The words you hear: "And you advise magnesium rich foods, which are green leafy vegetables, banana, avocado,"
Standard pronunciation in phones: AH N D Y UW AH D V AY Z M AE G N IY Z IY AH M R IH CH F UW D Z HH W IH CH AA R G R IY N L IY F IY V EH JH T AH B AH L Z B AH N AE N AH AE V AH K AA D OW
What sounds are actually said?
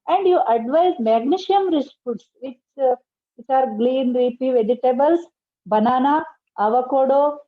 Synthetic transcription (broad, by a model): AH N D Y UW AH D V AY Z M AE G N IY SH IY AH M R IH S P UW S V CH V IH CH AA R G L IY N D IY P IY V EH JH T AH B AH L S B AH N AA N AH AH V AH K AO D OW